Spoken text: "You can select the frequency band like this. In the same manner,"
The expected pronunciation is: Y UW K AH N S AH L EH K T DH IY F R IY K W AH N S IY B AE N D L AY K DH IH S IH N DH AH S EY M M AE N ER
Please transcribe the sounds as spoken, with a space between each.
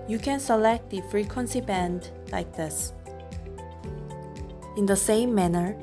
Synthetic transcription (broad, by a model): Y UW K AH N S AH L EH K T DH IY F R IY K W AH N S IY B AE N D L AY K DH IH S IH N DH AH S EY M M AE N ER